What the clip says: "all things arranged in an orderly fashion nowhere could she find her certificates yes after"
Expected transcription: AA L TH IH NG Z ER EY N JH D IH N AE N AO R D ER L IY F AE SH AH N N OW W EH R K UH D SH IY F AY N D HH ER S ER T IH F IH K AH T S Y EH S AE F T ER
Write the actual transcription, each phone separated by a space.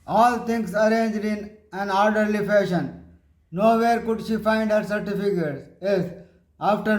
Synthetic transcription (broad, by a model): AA L T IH NG S ER EY N JH D IH N AE N AO R D ER L IY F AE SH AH N N OW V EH R K UH D SH IY F AY N D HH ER S ER T IH F IH K AH T S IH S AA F T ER